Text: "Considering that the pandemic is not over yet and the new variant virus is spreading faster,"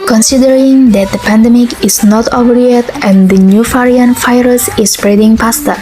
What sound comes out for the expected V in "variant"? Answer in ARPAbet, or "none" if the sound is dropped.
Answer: F